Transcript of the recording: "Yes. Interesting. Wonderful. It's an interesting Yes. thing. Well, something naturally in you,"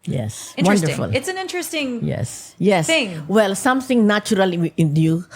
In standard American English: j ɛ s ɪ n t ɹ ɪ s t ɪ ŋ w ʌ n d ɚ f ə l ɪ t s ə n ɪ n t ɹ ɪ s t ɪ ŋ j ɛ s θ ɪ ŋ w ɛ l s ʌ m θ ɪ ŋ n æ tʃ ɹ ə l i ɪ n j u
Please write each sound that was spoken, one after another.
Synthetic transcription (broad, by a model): j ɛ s s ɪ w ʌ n d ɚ f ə l ɪ t s ə n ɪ n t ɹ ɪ s t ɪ ŋ j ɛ s s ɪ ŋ w ɛ l s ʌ m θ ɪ ŋ n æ tʃ ɹ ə l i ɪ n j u